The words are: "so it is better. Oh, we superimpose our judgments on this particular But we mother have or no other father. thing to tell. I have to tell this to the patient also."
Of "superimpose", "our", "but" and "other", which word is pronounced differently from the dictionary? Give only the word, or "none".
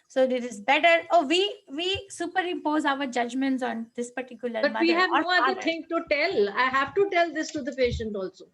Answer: other